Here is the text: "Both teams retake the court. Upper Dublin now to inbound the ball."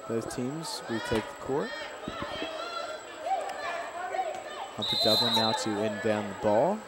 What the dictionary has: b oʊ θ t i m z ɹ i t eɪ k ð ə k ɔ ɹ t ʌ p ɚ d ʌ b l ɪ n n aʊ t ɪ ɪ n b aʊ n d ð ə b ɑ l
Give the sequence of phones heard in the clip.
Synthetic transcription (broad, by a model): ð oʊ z t i m z w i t eɪ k ð ə k ɔ ɹ t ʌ f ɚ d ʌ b l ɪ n n aʊ t ɪ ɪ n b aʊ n ð ə b ɑ l